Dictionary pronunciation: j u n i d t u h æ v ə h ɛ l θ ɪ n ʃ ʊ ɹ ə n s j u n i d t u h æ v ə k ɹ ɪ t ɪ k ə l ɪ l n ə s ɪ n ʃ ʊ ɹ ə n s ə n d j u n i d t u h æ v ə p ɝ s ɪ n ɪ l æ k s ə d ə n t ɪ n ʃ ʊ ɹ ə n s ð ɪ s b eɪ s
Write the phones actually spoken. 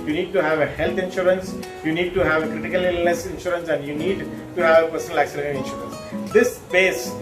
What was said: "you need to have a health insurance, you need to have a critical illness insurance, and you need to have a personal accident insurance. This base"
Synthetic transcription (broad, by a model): j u n i d t u h æ v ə h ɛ l t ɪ n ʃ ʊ ɹ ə n s j u n i d t u h æ v k ɹ ɪ t ɪ k ə l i l ə s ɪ n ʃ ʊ ɹ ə n s ə n d j u n i d t u h æ v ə p ɝ s ɪ n ɪ l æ k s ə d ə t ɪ n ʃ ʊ ɹ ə n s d ɪ s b eɪ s